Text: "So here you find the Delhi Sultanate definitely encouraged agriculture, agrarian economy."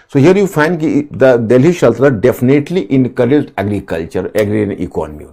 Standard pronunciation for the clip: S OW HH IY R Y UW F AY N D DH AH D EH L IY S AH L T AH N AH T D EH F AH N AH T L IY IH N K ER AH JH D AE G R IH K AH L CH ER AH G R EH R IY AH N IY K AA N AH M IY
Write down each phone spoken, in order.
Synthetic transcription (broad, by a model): S OW HH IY R Y UW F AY N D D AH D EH L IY SH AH L T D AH D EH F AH N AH T L IY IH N K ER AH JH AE G R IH K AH L CH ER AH G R R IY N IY K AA N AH M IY